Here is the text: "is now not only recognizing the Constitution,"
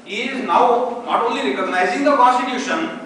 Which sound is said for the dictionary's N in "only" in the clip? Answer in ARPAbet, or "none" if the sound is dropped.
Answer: none